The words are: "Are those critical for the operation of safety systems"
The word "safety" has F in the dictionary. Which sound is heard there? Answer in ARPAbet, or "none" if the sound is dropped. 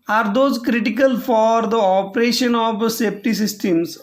P